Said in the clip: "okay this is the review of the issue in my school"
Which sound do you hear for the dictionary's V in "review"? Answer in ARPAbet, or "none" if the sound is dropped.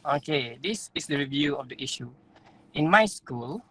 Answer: V